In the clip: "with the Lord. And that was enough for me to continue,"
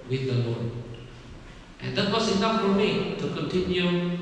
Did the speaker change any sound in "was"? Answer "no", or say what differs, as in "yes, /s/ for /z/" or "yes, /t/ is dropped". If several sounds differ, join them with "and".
yes, /s/ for /z/